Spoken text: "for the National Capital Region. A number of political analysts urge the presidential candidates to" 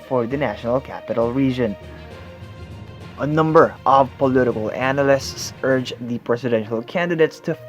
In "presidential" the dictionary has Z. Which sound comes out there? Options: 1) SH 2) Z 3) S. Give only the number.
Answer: 3